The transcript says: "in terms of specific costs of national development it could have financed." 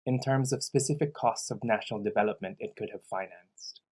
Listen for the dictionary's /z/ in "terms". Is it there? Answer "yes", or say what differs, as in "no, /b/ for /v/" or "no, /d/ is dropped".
yes